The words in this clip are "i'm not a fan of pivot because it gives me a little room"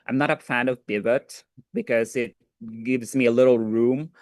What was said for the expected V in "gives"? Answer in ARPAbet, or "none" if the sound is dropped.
V